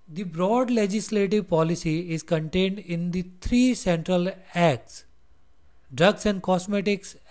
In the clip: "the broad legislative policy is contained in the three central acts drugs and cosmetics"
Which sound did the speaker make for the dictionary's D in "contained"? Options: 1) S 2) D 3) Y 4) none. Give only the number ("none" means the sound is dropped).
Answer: 2